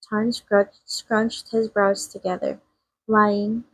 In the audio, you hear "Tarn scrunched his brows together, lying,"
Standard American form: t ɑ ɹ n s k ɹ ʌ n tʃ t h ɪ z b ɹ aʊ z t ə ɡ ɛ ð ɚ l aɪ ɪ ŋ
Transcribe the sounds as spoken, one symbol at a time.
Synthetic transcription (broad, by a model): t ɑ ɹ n s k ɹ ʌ n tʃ t h ɪ z b ɹ aʊ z t ə ɡ ɛ ð ɚ l aɪ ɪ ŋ